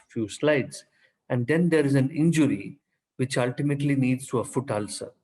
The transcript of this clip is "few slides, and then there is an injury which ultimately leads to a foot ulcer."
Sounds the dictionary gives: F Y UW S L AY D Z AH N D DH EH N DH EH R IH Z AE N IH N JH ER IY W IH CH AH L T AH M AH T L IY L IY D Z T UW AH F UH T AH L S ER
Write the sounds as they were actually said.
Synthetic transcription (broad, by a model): F Y UW S L AY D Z AH N D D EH N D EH R IH Z AE N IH N JH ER IY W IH CH AH L T AH M AH T L IY N IY D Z T UW AH F UH T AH L S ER